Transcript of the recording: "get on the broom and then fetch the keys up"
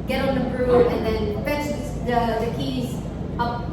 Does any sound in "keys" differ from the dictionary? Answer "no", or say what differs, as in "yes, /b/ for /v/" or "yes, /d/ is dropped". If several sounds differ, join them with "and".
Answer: no